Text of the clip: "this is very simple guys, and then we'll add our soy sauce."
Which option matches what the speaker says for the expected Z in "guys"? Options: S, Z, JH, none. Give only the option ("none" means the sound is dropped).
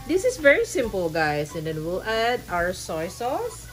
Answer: S